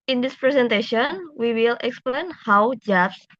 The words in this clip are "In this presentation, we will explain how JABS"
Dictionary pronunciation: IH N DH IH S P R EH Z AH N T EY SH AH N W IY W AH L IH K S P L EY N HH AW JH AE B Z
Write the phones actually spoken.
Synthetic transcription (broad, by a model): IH N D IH S P R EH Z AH N T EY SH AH N W IY W AH L IH K S P L EY N HH AW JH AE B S